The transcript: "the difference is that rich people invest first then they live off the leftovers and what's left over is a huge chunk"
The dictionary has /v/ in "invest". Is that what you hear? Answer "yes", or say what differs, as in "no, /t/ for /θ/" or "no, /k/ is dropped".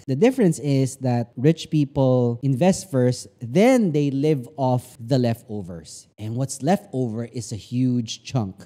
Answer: yes